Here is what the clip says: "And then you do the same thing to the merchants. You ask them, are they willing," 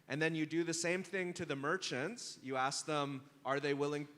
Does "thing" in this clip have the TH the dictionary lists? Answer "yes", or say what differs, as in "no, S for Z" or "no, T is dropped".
yes